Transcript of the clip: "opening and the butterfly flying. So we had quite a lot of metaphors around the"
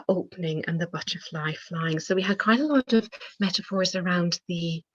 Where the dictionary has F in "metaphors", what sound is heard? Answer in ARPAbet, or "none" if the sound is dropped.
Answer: F